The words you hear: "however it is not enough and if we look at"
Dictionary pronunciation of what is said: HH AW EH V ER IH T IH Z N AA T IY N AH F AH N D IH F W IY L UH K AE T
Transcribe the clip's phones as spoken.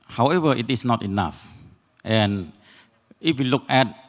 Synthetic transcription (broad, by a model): HH AW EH V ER IH T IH S N AA T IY N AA F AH N IH F W IY L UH K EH T